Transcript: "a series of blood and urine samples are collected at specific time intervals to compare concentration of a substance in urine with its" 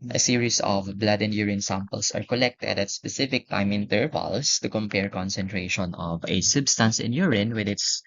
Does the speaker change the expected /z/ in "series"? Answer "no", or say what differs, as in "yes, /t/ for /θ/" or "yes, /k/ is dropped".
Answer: yes, /s/ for /z/